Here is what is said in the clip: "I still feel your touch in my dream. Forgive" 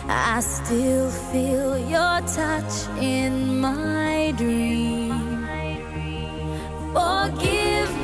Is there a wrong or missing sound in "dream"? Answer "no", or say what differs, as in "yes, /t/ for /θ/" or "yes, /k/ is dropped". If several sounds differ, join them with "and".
no